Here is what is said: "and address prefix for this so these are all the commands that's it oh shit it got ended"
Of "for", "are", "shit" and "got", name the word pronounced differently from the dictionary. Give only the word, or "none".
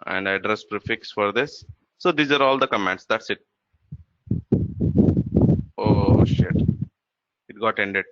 none